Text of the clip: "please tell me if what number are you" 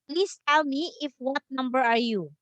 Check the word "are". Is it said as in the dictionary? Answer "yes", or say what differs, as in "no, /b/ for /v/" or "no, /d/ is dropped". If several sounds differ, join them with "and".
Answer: yes